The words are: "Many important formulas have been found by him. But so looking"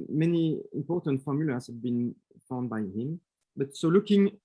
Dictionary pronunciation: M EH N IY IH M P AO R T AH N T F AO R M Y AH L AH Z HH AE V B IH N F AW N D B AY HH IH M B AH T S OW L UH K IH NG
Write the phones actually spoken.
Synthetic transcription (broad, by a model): M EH N IY IH M P AO R T AH N T F AO R M Y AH L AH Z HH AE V B IH N F AW N D B AY HH IH M B AH T S OW L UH K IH NG